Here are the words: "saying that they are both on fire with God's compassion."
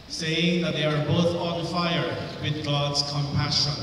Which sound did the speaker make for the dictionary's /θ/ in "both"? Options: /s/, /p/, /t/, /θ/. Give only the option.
/θ/